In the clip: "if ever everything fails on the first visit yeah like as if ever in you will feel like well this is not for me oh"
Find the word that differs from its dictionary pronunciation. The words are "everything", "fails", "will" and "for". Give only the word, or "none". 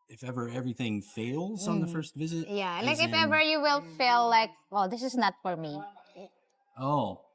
none